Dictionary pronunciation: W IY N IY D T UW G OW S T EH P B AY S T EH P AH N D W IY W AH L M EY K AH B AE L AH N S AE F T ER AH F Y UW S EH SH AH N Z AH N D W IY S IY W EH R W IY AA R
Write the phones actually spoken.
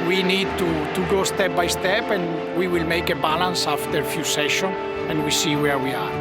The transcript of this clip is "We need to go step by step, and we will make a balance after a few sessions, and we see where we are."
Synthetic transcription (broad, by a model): W IY N IY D T UW G OW S T EH P B AY S T EH P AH N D W IY W AH L M EY K AH B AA L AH N S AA F T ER F Y UW S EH SH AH N AH N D W IY S IY W EH R W IY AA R